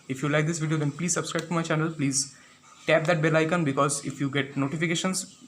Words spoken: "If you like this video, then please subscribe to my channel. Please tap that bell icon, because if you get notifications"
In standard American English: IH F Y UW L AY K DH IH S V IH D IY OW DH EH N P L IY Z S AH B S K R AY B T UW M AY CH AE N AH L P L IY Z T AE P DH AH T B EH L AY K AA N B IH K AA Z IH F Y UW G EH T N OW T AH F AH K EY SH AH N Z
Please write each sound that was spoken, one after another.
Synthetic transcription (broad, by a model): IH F Y UW L AY K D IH S V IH D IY OW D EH N P L IY Z S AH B S K R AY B T UW M AY CH AE N AH L P L IY Z T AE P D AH T B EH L AY K AA N B IH K AA Z IH F Y UW G EH T N OW T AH F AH K EY SH AH N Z